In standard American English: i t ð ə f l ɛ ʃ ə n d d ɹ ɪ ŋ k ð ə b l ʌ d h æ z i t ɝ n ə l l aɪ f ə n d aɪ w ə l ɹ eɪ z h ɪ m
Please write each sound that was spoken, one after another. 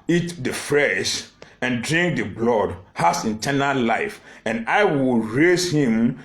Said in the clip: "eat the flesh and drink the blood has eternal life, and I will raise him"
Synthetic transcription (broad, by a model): i t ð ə f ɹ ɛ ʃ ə n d d ɹ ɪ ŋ k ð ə b l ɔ d h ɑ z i t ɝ n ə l l aɪ f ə n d aɪ w ə l ɹ eɪ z h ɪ m